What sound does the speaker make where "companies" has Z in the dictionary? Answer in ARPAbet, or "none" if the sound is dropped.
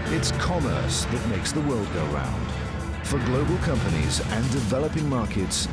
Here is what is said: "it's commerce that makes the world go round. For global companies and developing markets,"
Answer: Z